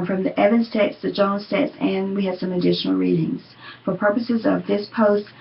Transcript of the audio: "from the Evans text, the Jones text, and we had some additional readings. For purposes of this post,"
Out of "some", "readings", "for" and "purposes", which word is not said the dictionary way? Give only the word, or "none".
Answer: none